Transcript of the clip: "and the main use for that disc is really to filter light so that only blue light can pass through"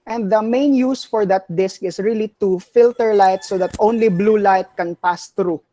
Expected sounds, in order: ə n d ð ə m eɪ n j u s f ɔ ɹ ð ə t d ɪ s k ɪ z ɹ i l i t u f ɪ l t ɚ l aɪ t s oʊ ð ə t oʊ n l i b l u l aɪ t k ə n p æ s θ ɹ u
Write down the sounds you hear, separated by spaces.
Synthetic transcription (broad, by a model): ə n d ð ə m eɪ n j u s f ɔ ɹ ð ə t d ɪ s k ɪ s ɹ i l i t u f ɪ l t ɚ l aɪ t s oʊ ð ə t oʊ n l i b l u l aɪ t k ə n p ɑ s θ ɹ u